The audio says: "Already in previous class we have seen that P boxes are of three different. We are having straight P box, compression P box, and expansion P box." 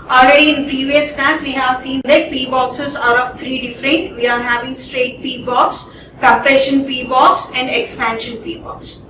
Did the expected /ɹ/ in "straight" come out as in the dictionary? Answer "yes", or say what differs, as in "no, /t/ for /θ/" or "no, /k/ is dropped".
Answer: yes